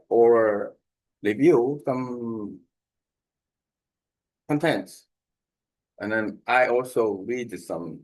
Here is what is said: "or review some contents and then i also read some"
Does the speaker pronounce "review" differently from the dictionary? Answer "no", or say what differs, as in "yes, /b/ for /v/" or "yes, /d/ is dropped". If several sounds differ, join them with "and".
yes, /l/ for /ɹ/